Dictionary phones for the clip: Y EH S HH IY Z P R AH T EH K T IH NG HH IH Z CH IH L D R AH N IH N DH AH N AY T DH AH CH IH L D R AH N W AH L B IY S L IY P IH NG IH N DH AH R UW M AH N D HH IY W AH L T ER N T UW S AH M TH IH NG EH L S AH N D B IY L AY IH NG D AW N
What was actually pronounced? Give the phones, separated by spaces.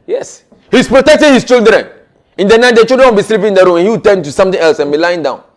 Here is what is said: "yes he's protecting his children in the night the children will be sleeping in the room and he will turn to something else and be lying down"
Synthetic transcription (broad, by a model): Y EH S HH IY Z P R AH T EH K T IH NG HH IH S CH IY L D R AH N IH N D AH N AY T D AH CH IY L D R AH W B IY S L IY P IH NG IH N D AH R UW M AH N HH IY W T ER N T UW S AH M T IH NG EH L S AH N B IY L AY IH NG D AW N